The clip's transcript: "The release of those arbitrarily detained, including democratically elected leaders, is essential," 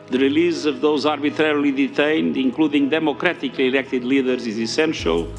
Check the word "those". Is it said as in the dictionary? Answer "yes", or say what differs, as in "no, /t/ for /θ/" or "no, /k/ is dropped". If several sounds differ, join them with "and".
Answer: yes